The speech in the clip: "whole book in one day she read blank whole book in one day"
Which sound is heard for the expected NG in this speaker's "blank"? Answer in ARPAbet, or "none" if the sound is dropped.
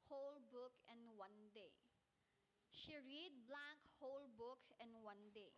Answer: none